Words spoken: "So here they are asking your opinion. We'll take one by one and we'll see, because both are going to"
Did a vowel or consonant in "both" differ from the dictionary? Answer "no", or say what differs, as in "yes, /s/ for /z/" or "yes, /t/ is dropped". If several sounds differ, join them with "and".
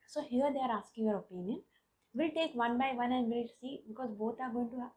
yes, /t/ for /θ/